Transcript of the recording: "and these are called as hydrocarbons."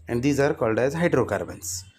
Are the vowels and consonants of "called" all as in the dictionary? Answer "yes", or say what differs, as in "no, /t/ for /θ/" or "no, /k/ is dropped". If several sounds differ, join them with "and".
yes